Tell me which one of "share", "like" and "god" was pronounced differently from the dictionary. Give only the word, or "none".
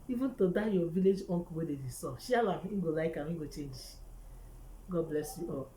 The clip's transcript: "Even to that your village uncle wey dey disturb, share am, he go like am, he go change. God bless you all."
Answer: share